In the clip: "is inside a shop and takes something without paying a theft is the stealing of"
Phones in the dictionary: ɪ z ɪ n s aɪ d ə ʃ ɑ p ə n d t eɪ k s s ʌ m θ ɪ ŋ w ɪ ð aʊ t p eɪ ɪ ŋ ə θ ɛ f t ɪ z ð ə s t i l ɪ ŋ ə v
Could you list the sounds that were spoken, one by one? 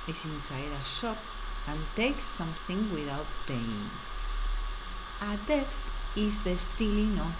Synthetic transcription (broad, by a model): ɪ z ɪ n s aɪ d ə ʃ ɑ p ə n t eɪ k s s ʌ m θ ɪ ŋ w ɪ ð aʊ t p eɪ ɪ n ə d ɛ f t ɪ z ð ə s t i l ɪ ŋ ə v